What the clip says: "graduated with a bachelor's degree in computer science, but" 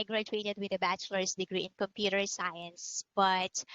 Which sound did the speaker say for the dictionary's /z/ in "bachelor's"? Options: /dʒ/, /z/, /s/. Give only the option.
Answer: /s/